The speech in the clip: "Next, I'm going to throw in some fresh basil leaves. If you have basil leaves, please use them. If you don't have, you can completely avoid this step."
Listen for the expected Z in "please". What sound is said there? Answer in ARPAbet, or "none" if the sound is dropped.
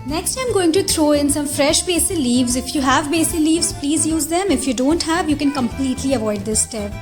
Z